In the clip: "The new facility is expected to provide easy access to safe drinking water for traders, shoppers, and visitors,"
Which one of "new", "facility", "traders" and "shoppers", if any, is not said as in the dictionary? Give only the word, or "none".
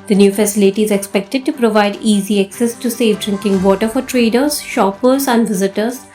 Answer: none